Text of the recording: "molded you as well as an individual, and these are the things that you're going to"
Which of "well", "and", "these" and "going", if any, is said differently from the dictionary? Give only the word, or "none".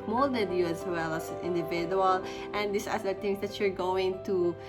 these